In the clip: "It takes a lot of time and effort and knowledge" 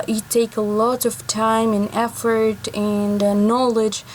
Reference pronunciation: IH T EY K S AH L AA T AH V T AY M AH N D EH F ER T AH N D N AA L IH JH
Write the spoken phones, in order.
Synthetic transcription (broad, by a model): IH T EY K AH L AA T AH V T AY M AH N EH F ER T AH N N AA L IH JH